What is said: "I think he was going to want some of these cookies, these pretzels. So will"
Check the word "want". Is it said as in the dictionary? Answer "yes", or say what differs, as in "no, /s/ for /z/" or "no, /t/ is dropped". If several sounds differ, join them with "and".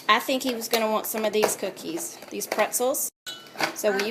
yes